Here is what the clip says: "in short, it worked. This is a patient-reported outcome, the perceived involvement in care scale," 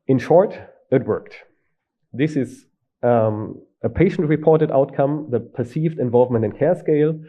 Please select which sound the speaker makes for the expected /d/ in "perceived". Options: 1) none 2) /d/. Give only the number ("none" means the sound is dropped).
2